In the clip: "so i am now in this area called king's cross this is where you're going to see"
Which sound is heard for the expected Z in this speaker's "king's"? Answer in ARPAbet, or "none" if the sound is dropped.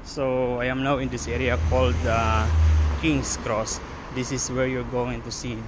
S